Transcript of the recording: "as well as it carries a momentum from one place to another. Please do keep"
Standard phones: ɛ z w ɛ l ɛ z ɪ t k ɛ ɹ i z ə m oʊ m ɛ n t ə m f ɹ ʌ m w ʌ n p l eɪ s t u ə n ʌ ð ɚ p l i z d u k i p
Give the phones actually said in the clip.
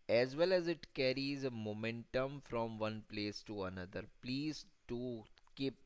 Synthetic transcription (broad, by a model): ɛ z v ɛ l ɛ z ɪ t k ɛ ɹ i z ə m oʊ m ɛ n t ə m f ɹ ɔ m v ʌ n p l eɪ s t u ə n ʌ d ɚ p l i z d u k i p